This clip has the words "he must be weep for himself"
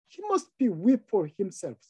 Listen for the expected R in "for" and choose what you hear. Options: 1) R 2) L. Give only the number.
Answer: 1